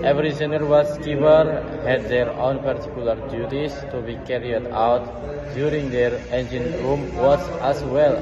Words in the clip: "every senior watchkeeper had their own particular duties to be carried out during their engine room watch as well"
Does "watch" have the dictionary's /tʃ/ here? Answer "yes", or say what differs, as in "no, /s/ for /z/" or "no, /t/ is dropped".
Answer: no, /s/ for /tʃ/